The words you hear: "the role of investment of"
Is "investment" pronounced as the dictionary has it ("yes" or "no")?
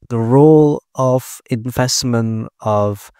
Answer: no